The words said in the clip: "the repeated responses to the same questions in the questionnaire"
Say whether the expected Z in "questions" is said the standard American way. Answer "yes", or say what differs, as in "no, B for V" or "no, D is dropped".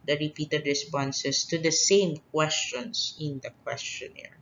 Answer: no, S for Z